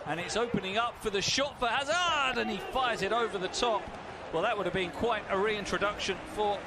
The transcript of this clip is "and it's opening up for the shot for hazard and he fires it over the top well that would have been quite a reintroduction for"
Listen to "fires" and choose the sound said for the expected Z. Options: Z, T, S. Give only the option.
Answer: Z